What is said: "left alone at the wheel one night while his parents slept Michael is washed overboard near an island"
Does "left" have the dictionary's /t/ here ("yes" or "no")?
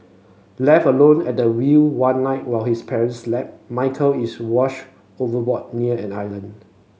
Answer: no